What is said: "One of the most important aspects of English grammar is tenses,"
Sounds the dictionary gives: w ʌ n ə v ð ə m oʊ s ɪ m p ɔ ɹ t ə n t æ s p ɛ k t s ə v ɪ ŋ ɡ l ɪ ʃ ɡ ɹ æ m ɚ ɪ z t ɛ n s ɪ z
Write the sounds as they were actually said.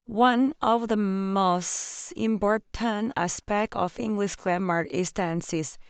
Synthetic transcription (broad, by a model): w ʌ n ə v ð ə m oʊ s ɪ m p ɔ ɹ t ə n æ s p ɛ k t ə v ɪ ŋ ɡ l ɪ ʃ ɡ l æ m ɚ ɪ s t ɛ n s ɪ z